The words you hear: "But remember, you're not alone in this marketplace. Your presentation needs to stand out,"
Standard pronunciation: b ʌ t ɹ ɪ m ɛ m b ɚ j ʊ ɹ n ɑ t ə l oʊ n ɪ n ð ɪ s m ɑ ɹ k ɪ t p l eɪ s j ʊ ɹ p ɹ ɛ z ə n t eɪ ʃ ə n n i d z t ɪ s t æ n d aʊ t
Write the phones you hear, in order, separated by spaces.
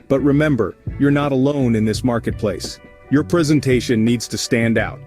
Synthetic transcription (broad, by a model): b ʌ t ɹ ɪ m ɛ m b ɚ j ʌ ɹ n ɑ t ə l oʊ n ɪ n ð ɪ s m ɑ ɹ k ɪ t p l eɪ s j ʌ ɹ p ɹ ɛ z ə n t eɪ ʃ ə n n i d z t ɪ s t æ n d aʊ t